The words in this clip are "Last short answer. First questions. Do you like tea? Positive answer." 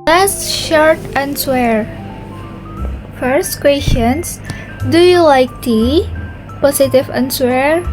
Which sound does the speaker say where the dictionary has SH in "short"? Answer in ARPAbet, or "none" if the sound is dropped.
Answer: SH